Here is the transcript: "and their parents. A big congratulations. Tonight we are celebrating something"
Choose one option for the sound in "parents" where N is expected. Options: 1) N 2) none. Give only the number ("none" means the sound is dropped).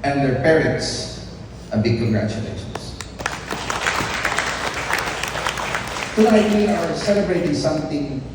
2